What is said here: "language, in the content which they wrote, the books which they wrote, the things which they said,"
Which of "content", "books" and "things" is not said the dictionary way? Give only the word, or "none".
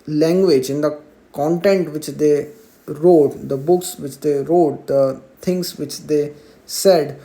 things